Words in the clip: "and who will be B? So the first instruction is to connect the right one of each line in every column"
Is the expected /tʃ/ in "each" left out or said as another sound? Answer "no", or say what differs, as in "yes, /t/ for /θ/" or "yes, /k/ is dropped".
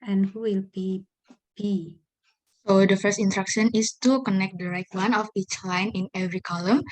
no